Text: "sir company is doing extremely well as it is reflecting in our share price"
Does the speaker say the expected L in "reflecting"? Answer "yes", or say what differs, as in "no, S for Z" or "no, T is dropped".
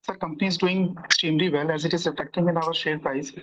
no, L is dropped